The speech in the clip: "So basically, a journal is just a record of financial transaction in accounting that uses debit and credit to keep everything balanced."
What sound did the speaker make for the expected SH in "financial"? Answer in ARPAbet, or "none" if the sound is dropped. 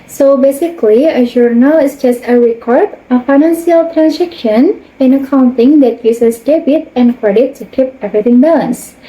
S